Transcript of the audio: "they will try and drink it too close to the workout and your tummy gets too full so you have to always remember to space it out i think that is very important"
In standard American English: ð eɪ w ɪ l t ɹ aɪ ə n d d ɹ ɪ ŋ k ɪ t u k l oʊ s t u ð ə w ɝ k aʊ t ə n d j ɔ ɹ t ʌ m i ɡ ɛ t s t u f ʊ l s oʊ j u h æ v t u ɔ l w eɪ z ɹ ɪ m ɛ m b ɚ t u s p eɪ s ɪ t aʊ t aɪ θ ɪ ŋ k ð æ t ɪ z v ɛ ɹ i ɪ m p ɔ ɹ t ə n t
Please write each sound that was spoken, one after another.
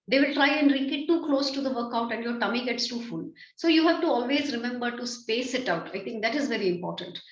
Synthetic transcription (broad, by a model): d eɪ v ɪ l t ɹ aɪ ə n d d ɹ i k ɪ t u k l oʊ s t u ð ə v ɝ k aʊ t ə n d j ɔ ɹ t ʌ m i ɡ ɛ t s t u f ʊ l s oʊ j u h æ v t u ɔ l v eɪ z ɹ ɪ m ɛ m b ɚ t u s p eɪ s ɪ t aʊ t aɪ t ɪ ŋ k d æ t ɪ z v ɛ ɹ i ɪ m p ɔ ɹ t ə n t